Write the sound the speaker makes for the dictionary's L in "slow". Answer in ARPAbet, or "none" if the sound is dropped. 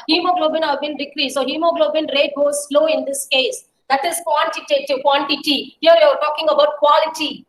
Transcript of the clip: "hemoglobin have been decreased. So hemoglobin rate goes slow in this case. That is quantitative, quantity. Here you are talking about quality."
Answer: L